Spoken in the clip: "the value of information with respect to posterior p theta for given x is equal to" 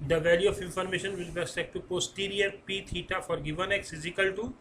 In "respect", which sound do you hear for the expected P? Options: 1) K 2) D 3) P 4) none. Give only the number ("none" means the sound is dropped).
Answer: 4